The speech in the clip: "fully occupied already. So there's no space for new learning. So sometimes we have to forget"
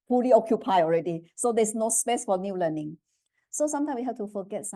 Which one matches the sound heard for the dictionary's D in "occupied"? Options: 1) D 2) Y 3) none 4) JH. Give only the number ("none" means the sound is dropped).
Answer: 3